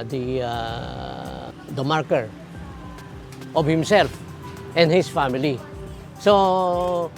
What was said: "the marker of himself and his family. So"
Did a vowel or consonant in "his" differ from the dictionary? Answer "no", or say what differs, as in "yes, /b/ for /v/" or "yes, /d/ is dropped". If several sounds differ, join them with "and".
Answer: yes, /s/ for /z/